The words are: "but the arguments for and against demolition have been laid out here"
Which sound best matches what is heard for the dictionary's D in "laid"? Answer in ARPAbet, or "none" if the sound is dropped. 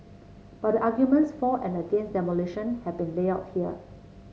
none